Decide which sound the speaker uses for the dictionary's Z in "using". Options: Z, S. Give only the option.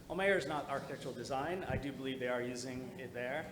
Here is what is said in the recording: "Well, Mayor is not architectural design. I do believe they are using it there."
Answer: Z